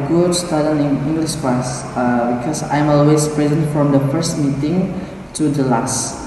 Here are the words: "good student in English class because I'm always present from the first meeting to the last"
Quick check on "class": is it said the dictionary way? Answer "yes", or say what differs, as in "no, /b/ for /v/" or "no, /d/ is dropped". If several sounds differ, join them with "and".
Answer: no, /l/ is dropped